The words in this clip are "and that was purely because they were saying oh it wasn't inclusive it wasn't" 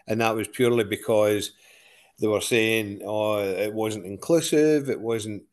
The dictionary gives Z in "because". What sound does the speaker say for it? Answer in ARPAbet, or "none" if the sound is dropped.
Z